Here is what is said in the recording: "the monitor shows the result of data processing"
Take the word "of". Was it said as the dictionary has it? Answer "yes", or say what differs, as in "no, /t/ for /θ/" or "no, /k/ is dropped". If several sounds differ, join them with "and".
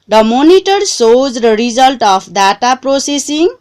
no, /p/ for /v/